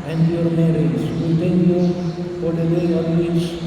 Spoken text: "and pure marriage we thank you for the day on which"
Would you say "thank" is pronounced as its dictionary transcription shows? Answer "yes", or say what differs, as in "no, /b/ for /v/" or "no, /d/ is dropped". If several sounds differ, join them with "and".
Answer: no, /t/ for /θ/